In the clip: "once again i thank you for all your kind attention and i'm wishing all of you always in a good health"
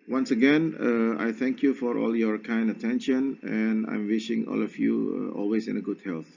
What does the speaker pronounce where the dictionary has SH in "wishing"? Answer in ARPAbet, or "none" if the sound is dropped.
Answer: SH